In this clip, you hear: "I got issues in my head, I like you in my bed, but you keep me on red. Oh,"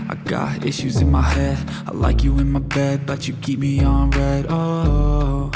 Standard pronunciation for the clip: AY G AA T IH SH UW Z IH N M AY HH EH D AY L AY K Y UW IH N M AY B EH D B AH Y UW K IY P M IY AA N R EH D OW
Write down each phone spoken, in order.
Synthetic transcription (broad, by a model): AY G AA T IH SH UW Z IH N M AY HH EH D AY L AY K Y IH IH N M AY B EH D B AH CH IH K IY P M IY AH N R EH D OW